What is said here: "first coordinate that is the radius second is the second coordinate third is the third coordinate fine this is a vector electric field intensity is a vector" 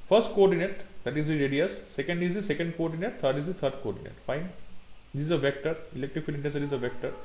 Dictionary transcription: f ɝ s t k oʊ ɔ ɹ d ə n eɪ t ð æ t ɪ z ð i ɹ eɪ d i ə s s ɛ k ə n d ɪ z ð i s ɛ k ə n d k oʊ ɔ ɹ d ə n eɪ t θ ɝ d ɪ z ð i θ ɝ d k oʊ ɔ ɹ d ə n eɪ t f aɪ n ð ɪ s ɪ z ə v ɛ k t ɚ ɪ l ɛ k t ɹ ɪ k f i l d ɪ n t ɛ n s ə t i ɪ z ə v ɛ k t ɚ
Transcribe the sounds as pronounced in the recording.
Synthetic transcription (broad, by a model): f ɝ s t k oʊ ɔ ɹ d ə n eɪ t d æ t ɪ z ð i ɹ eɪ d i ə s s ɛ k ə n d ɪ z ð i s ɛ k ə n d k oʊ ɔ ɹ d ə n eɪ t t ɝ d ɪ z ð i t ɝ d k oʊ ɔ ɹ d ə n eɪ t f aɪ n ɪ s ɪ z ə v ɛ k t ɚ ɪ l ɛ k t ɹ ɪ k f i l ɪ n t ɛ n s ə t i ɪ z ə v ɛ k t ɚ